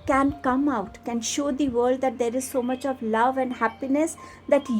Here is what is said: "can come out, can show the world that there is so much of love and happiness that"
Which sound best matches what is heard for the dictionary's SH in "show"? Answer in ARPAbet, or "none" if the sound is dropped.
SH